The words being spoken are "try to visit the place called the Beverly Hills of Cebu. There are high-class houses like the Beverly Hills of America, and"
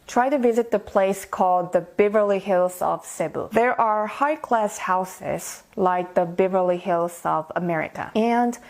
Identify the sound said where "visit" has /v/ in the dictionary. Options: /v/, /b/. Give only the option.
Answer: /v/